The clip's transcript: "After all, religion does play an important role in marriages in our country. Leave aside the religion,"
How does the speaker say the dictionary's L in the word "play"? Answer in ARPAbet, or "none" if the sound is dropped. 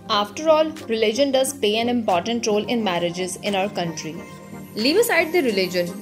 none